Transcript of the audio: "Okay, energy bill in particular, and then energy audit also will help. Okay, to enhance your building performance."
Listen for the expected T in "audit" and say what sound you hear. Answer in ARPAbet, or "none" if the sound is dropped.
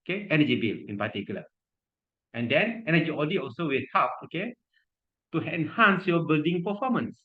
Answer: none